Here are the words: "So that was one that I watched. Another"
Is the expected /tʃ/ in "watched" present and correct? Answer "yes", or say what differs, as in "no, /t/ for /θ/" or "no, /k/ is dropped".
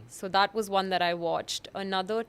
yes